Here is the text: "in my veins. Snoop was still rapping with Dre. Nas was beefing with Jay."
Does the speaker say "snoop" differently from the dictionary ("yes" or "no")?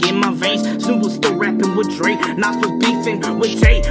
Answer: yes